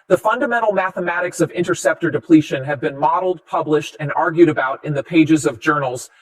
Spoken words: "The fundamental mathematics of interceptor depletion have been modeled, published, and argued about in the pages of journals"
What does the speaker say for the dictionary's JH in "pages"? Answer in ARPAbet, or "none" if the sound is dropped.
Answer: JH